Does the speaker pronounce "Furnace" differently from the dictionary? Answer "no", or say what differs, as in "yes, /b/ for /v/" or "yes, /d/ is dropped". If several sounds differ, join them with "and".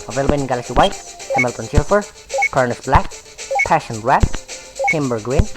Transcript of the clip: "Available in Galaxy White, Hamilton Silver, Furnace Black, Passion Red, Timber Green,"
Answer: yes, /p/ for /f/